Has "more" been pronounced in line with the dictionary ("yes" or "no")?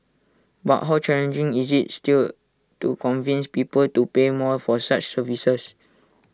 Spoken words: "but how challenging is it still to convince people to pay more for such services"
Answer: no